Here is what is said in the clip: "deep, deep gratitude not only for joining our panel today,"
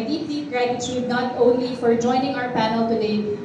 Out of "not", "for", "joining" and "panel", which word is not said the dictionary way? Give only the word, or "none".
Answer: none